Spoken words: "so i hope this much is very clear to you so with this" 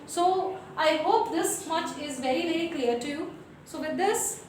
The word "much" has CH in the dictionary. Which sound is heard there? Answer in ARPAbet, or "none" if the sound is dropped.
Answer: CH